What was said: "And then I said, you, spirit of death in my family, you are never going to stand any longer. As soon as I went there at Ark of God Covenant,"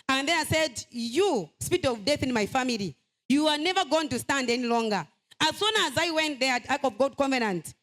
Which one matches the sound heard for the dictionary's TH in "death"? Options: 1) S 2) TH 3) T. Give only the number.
2